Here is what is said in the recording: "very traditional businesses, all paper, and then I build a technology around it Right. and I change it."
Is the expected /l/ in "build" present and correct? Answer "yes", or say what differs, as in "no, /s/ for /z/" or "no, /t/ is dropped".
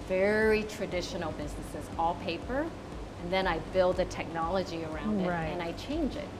yes